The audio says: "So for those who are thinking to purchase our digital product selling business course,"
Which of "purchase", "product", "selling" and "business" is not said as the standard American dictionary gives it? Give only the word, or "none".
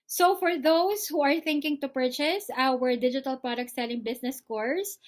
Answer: business